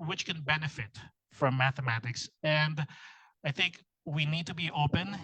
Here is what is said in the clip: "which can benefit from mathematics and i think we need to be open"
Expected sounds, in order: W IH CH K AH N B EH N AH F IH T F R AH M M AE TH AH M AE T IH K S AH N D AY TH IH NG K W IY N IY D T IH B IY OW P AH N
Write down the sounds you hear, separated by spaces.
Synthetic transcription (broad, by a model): W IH CH K AH N B EH N AH F IH T F R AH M M AE TH AH M AE T IH K S AH N D AY TH IH NG K W IY N IY D T IH B IY OW P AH N